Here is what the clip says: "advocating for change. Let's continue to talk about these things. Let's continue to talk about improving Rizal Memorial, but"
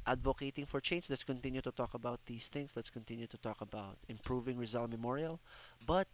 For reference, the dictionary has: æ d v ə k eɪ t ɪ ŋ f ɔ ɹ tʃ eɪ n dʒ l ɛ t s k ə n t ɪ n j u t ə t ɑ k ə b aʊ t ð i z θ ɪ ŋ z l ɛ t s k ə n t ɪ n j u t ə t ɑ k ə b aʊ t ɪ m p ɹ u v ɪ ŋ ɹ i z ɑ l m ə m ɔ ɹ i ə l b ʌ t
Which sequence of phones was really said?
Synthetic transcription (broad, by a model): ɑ d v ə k eɪ t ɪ ŋ f ɔ ɹ tʃ eɪ n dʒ l ɛ t s k ə n t ɪ n j u t ə t ɑ k ə b aʊ t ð i s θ ɪ ŋ s l ɛ t s k ə n t ɪ n j u t ə t ɑ k ə b aʊ t ɪ m p ɹ u v ɪ ŋ ɹ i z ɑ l m ə m ɔ ɹ i ə l b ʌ t